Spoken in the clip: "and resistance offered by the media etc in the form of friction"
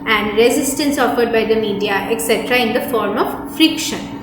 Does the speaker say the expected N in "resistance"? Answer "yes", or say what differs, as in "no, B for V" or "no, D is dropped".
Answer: yes